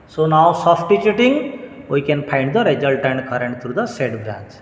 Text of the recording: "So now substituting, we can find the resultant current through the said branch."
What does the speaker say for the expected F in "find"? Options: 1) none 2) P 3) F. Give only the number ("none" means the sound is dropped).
2